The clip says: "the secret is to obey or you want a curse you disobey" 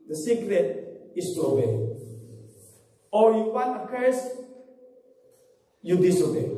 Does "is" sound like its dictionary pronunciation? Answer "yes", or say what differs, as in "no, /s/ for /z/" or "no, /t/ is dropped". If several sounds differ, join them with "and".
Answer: no, /s/ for /z/